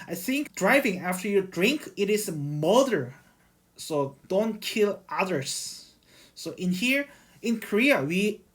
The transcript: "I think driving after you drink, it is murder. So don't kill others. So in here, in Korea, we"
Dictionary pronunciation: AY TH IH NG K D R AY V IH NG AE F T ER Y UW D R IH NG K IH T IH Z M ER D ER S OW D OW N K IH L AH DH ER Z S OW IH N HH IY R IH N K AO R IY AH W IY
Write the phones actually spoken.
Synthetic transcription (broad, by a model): AY TH IH NG K D R AY V IH NG AE F T ER Y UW D R IH NG K IH T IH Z M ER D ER S OW D OW N K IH L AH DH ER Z S OW IH N HH IY R IH N K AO R IY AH W IY